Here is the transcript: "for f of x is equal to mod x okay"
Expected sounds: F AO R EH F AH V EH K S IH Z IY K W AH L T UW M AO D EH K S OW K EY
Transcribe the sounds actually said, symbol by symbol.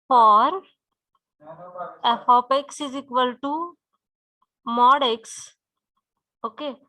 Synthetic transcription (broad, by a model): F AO R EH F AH P EH K S IH Z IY K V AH L T UW M AO D EH K S OW K EY